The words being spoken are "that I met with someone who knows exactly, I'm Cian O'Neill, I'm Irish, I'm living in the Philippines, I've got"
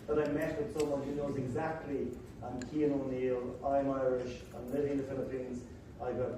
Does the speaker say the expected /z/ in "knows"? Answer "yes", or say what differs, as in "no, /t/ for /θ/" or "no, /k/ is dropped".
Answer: yes